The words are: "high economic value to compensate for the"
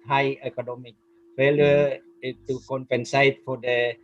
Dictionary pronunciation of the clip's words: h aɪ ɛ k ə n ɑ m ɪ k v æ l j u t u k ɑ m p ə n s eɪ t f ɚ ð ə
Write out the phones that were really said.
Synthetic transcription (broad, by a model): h aɪ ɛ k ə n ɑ m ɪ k f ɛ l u t u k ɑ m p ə n s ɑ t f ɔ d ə